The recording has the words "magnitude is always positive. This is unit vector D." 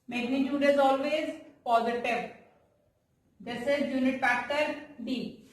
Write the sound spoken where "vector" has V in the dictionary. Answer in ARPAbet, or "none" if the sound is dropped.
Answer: F